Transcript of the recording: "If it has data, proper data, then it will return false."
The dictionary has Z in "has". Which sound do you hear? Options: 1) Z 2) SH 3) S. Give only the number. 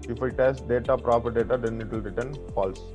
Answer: 3